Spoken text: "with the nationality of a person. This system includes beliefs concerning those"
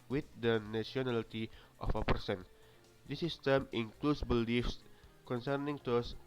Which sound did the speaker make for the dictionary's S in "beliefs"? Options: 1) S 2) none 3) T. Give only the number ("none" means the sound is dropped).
1